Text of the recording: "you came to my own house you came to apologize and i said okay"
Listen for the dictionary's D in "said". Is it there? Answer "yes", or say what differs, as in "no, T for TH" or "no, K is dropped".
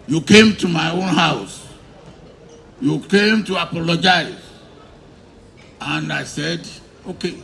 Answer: yes